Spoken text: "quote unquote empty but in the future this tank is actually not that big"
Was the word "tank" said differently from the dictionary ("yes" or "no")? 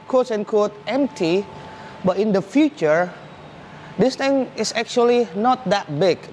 yes